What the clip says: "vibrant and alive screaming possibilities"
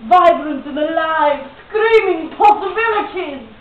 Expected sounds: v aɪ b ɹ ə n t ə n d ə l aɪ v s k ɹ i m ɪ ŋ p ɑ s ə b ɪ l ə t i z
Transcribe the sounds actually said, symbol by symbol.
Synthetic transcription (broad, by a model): v aɪ b ɹ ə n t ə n ə l aɪ v s k ɹ i m ɪ ŋ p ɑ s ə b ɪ l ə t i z